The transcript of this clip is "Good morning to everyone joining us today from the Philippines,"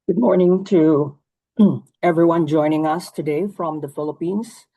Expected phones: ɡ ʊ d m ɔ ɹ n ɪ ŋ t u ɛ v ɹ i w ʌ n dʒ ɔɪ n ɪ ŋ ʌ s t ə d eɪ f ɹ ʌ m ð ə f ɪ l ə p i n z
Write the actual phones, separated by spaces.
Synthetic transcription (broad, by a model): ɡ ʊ d m ɔ ɹ n ɪ ŋ t u ɛ v ɹ i w ʌ n dʒ ɔɪ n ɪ ŋ ʌ s t ə d eɪ f ɹ ʌ m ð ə f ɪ l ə p i n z